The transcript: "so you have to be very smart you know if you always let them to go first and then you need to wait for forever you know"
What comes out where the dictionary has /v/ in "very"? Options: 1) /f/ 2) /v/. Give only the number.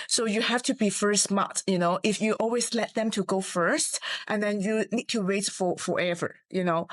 1